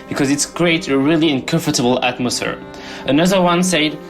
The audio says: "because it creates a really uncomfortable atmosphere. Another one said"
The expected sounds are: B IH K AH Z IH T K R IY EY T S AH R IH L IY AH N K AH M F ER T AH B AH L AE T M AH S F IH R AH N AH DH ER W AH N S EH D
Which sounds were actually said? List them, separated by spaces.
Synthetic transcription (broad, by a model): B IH K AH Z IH T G R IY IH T AH R IH L IY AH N K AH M F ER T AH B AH L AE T M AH S F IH R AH N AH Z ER W AH N S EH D